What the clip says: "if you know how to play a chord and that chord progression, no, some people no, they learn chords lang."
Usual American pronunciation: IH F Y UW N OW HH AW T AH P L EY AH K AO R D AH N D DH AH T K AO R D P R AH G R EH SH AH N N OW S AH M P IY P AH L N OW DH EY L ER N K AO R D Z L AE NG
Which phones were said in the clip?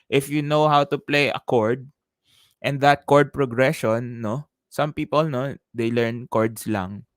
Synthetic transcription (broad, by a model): IH F Y UW N OW HH AW T AH P L EY AH K AO R D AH N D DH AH T K AO R D P R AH G R EH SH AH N N OW S AH M P IY P AH L N OW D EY L ER N K AO R D S L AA NG